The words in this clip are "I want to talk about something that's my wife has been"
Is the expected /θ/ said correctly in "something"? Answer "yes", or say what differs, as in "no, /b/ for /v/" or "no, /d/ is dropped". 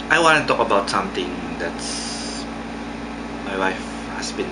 no, /t/ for /θ/